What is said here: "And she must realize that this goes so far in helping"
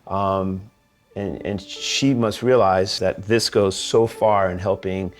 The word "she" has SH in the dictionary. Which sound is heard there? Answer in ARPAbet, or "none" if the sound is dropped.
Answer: SH